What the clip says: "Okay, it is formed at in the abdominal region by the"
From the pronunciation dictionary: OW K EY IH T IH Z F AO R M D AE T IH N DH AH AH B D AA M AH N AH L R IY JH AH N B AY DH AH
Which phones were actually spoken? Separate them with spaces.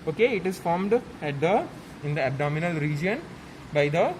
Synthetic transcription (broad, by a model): OW K EY IH T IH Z F AO R M D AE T IH N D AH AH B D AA M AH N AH L R IY JH AH N B AY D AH